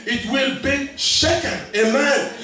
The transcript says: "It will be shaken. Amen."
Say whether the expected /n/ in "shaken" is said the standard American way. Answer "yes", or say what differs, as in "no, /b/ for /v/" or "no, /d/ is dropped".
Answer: no, /n/ is dropped